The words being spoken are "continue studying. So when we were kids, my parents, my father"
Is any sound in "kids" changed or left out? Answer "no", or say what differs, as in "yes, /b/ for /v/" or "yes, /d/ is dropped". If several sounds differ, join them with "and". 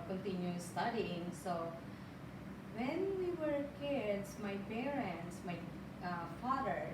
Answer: yes, /s/ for /z/